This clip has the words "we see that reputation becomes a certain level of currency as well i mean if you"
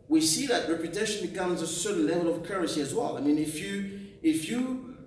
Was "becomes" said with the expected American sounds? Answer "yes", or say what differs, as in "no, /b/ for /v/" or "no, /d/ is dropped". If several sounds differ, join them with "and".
yes